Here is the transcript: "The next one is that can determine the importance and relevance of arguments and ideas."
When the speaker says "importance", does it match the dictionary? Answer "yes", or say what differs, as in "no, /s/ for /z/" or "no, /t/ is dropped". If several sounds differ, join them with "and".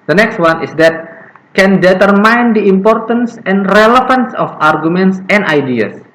yes